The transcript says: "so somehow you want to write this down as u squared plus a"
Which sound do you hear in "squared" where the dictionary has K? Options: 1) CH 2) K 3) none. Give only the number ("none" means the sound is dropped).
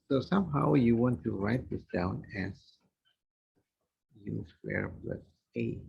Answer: 3